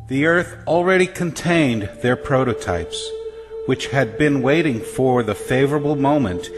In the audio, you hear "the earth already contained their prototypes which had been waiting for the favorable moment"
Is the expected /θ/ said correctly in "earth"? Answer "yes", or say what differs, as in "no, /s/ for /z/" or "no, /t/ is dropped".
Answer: yes